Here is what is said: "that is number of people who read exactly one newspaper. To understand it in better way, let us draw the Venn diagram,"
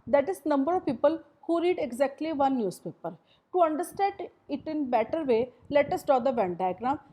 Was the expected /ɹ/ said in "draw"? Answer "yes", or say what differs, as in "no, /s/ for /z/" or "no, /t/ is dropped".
no, /ɹ/ is dropped